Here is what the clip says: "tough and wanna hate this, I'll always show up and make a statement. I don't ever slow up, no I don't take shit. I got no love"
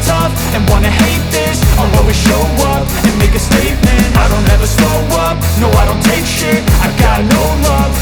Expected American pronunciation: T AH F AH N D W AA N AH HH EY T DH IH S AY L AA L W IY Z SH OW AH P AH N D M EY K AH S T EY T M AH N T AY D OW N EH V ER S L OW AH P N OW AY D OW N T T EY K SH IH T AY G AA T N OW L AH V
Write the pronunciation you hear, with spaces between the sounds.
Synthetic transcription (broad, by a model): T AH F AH N W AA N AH HH EY T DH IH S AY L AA W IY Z SH OW AH P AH N M EY K AH S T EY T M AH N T AY D OW N EH V ER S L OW AH P N OW AY D OW N T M EY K SH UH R AY G AA T N OW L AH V